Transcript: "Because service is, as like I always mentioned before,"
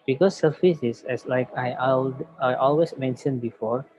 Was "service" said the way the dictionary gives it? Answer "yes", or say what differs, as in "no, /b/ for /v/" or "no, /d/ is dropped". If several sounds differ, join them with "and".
no, /f/ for /v/